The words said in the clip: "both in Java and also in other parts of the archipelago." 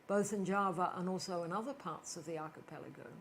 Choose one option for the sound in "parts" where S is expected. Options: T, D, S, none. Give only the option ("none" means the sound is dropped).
S